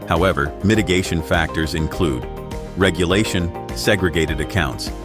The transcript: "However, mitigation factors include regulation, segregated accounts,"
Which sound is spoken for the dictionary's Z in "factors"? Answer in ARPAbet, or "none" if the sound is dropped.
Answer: Z